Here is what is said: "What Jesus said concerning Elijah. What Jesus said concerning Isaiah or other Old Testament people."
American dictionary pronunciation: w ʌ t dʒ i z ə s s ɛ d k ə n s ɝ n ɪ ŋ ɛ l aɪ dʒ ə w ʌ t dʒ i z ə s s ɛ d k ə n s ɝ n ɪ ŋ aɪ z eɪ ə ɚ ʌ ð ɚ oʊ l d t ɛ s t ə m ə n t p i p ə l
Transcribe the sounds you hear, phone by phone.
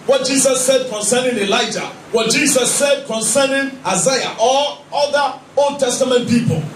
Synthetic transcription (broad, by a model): w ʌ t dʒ i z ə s s ɛ d k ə n s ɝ n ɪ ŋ ɛ l aɪ dʒ ə w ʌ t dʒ i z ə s s ɛ d k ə n s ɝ n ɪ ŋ aɪ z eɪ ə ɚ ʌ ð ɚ oʊ l d t ɛ s t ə m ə n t p i p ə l